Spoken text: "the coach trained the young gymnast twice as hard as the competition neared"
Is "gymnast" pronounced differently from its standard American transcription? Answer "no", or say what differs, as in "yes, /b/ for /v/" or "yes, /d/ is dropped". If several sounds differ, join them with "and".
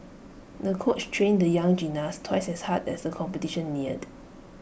yes, /m/ is dropped